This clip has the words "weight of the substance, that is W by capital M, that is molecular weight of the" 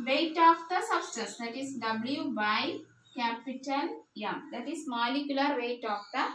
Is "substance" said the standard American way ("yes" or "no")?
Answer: no